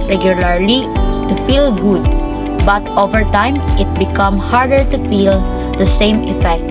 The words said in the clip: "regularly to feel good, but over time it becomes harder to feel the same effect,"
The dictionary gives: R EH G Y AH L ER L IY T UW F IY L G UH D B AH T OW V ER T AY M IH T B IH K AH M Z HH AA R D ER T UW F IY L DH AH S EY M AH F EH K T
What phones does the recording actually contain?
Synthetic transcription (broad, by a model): R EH G Y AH L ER L IY T UW F IY L G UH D B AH T OW V ER T AY M IH T B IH K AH M HH AA R D ER T UW F IY L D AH S EY M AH F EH K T